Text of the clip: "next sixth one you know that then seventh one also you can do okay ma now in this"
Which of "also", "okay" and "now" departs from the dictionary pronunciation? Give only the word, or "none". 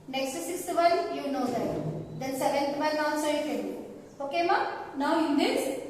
also